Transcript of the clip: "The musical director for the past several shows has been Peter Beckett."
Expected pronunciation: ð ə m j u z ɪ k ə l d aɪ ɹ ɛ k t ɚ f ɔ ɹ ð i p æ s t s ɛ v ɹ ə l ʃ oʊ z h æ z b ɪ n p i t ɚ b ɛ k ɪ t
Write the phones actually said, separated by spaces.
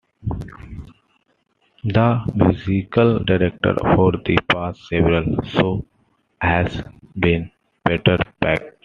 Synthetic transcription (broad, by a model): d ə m j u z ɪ k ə l d aɪ ɹ ɛ k t ɚ f ɔ ɹ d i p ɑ s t s ɛ v ɹ ə l s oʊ h æ z b ɪ n b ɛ t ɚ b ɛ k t